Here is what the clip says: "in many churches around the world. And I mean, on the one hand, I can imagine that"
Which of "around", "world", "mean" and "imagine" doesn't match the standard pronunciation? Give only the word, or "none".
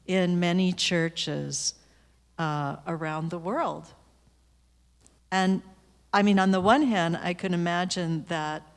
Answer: none